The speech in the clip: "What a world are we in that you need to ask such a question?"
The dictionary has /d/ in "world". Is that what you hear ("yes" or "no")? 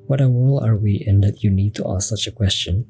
no